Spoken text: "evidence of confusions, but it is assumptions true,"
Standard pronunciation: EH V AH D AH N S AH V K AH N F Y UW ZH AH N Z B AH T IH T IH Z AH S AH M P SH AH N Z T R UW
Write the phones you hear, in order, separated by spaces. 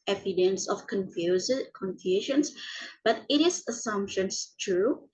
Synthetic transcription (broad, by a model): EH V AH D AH N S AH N K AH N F Y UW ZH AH N S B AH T IH T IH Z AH S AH M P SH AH N S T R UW